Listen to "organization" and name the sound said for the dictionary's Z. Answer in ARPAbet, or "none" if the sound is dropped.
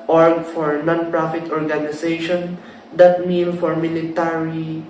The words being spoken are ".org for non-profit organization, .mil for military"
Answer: S